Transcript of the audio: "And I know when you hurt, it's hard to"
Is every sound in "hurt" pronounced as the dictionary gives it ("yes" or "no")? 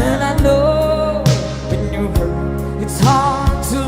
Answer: no